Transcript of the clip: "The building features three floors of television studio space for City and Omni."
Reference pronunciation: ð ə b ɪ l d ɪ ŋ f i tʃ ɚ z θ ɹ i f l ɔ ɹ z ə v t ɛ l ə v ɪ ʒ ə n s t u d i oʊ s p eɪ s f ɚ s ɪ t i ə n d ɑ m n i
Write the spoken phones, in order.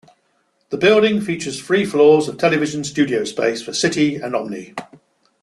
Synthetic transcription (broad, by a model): ð ə b ɪ l d ɪ ŋ f i tʃ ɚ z f ɹ i f l ɔ z ə v t ɛ l ə v ɪ ʒ ə n s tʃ u d i oʊ s p eɪ s f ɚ s ɪ t i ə n ɑ m n i